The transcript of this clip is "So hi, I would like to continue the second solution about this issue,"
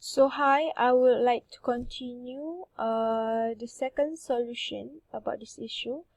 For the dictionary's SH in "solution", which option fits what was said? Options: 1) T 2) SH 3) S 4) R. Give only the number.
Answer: 2